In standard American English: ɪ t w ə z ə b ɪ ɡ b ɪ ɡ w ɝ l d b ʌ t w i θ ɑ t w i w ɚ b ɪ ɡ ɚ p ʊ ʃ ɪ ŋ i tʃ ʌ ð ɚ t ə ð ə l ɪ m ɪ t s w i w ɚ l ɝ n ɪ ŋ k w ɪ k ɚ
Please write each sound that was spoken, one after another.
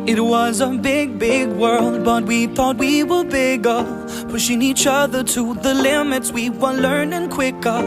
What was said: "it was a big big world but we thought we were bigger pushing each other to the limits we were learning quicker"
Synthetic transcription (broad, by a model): ɪ t w ə z ə b ɪ ɡ b ɪ ɡ w ɝ l d b ʌ t w i θ ɑ t w i w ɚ b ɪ ɡ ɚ f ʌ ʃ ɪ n i tʃ ʌ ð ɚ t ə ð ə l ɪ m ɪ t s w i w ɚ l ɝ n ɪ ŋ k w ɪ k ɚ